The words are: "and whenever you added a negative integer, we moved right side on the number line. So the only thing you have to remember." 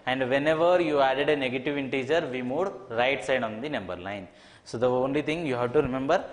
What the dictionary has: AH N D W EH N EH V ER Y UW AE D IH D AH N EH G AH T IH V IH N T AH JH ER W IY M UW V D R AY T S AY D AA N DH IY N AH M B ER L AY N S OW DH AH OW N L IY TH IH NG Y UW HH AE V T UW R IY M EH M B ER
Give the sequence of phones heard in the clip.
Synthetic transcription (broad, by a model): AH N D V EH N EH V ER Y UW AE D IH D AH N EH G AH T IH V IH N T AH JH ER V IY M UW D R AY T S AY D AA N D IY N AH M B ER L AY N S OW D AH OW N L IY T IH NG Y UW HH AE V T UW R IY M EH M B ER